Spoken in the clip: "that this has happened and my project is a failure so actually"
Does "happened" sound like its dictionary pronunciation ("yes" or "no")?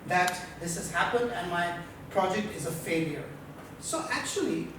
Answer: yes